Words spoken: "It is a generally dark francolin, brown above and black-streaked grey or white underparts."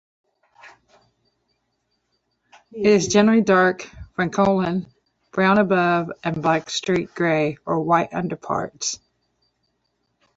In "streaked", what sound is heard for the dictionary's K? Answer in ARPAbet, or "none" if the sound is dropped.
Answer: none